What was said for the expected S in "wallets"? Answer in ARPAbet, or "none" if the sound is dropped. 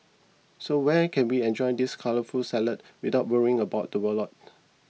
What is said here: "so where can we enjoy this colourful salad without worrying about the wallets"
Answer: none